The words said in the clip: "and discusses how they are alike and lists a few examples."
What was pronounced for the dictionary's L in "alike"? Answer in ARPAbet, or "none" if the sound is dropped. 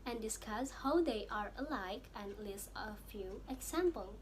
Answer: L